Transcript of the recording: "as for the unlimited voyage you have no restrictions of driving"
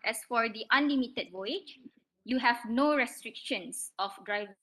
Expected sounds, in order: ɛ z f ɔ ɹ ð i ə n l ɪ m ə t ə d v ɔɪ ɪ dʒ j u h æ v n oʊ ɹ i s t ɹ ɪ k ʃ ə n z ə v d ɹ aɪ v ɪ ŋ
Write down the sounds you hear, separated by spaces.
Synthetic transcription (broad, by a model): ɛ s f ɔ ɹ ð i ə n l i m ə t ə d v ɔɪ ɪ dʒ j u h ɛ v n oʊ ɹ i s t ɹ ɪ k ʃ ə n s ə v d ɹ aɪ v